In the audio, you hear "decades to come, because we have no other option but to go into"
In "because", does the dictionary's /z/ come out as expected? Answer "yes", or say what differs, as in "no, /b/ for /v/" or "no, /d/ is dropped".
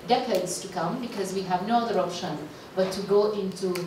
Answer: yes